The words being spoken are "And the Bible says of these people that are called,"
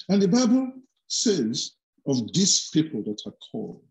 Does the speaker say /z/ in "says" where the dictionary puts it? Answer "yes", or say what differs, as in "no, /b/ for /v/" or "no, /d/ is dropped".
yes